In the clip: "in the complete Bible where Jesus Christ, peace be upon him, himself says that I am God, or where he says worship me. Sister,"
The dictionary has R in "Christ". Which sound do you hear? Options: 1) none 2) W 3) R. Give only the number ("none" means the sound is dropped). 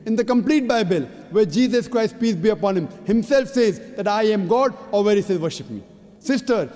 3